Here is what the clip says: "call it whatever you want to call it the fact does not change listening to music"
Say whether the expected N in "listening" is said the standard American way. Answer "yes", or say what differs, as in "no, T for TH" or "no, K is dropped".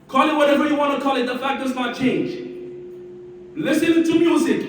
no, N is dropped